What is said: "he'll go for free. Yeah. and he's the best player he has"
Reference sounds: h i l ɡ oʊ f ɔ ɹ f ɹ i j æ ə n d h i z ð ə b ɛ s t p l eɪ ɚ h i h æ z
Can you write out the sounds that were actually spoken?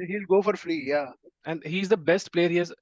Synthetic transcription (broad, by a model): h i l ɡ oʊ f ɔ ɹ f l i j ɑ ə n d h i z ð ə b ɛ s t p l eɪ ɚ h i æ z